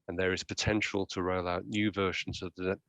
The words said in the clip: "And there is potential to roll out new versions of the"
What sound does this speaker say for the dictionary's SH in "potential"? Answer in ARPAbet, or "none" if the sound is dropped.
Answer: SH